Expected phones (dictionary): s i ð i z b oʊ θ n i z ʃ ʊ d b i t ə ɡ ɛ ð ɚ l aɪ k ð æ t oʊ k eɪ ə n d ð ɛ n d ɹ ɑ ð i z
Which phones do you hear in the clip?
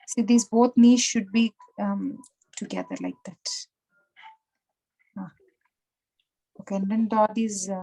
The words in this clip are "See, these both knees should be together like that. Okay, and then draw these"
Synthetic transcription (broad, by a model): s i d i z b oʊ t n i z ʃ ʊ d b i t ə ɡ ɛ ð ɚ l aɪ k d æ t oʊ k eɪ ə n d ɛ n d ɑ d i z